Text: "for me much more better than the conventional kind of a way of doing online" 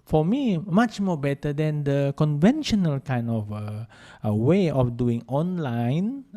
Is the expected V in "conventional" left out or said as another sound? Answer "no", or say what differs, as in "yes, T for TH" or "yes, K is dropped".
no